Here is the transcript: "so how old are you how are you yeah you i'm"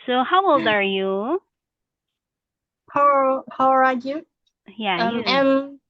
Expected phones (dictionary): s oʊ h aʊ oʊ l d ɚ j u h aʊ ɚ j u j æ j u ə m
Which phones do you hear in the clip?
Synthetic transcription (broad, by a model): s oʊ h aʊ oʊ l d ɚ j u h aʊ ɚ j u j æ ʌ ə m